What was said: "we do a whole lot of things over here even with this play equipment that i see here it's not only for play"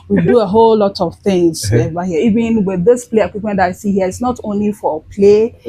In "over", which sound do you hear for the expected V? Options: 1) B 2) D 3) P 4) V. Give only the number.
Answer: 1